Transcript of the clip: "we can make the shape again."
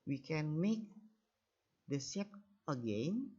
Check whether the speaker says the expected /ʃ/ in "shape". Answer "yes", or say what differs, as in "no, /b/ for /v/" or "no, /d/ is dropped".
no, /s/ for /ʃ/